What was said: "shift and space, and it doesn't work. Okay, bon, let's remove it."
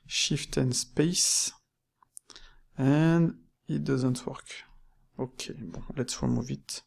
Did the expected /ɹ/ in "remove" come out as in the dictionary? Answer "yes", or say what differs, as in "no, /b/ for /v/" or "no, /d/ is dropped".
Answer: no, /w/ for /ɹ/